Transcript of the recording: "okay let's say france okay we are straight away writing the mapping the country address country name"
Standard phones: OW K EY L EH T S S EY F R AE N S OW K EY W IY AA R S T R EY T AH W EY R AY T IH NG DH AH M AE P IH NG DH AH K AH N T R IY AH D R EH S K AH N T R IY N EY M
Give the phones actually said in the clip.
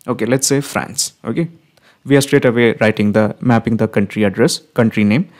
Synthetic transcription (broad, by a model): OW K EY L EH T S S EY F R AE N S OW K EY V IY AA R S T R EY T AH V EY R AY T IH NG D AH M AE P IH NG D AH K AH N T R IY AH D R EH S K AH N T R IY N EY M